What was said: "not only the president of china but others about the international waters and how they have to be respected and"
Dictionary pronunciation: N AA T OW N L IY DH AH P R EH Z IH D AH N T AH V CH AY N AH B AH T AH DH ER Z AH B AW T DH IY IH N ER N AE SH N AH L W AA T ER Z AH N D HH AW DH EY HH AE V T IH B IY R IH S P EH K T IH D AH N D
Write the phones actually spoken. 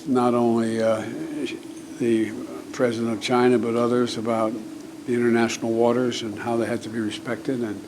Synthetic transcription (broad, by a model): N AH T OW N L IY DH AH P R EH Z IH D AH N T AH V CH AY N AH B AH T AH DH ER Z AH B AW T DH IY IH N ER N AE SH N L W AA T ER Z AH N HH AW DH EY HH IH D T IH B IY R IH S P EH K T IH D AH N